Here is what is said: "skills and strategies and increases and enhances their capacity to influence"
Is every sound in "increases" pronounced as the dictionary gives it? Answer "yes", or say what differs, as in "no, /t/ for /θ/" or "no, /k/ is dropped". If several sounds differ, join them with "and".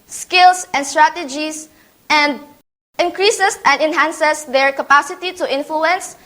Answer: no, /s/ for /z/